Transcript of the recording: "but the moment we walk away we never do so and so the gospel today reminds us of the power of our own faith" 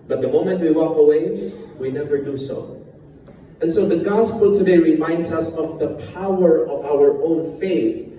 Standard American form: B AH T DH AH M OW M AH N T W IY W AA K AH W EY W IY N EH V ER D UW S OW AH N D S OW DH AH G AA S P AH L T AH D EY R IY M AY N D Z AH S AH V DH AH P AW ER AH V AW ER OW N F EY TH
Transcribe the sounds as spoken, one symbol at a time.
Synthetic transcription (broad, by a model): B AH T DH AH M OW M AH N T W IY W AA K AH W EY W IY N EH V ER D UW S OW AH N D S OW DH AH G AA S P AH L T AH D EY R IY M AY N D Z AH S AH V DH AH P AW ER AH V AW ER OW N F EY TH